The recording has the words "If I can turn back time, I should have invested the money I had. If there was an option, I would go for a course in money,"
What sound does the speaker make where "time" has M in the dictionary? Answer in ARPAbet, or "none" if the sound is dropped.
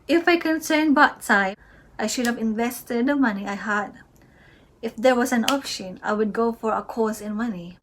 none